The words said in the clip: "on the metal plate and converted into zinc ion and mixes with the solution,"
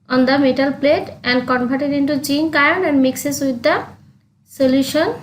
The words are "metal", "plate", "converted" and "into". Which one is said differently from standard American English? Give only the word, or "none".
converted